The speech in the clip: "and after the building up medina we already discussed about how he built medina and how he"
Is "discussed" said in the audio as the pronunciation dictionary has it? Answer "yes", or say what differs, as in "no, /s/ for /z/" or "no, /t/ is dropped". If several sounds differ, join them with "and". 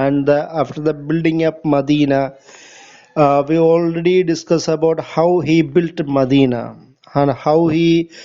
no, /t/ is dropped